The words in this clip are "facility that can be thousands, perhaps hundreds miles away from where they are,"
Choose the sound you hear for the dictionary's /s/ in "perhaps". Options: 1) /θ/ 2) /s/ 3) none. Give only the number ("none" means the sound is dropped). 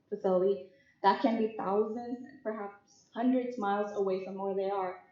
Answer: 2